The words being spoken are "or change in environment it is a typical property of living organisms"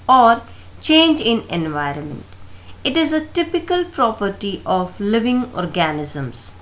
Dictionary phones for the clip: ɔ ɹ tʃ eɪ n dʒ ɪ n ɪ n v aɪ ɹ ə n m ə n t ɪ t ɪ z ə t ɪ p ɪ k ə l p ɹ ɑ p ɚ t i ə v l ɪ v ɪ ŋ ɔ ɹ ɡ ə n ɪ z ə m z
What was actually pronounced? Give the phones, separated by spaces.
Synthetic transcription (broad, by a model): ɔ ɹ tʃ eɪ n dʒ ɪ n ɪ n v aɪ ɹ ə n m ə n t ɪ t ɪ z ə t ɪ p ɪ k ə l p ɹ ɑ p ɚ t i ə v l ɪ v ɪ ŋ ɔ ɹ ɡ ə n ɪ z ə m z